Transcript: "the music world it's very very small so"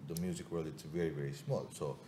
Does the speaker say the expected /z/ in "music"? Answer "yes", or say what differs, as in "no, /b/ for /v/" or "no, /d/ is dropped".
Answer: yes